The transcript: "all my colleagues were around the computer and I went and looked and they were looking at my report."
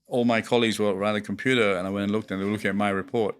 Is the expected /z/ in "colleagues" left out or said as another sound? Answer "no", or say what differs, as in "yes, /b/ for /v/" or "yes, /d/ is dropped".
no